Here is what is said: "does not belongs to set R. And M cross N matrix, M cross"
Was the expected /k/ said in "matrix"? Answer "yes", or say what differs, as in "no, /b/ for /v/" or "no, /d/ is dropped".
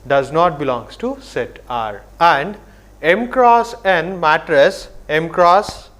no, /k/ is dropped